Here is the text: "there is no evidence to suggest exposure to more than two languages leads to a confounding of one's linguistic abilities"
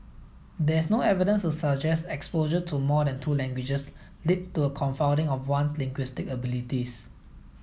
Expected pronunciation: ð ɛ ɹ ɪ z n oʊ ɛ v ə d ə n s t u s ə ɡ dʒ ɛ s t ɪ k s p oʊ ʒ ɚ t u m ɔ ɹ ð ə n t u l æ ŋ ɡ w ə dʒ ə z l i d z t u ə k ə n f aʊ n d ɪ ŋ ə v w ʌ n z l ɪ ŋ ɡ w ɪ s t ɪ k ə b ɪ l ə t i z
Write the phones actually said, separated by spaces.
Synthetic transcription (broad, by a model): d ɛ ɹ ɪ s n oʊ ɛ v ə d ə n s t u s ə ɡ dʒ ɛ s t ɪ k s p oʊ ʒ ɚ t u m ɔ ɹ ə n t u l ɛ ŋ ɡ w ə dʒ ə s l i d t u ə k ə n f aʊ n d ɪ ŋ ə f w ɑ n s l ɪ ŋ ɡ w ɪ s t ɪ k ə b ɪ l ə t i s